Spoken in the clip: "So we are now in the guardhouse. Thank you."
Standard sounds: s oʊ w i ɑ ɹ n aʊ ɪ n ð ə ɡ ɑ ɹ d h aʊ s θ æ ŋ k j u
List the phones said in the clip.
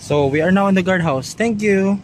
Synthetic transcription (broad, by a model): s oʊ w i ɑ ɹ n aʊ ɪ n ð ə ɡ ɑ ɹ d h aʊ s t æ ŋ k j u